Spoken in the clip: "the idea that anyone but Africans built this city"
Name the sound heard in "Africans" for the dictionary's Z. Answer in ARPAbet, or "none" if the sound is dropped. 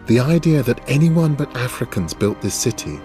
Z